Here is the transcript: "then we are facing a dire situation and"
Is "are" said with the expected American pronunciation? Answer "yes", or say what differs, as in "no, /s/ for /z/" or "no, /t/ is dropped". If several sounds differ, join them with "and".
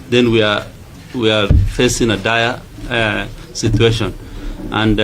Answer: no, /w/ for /ɹ/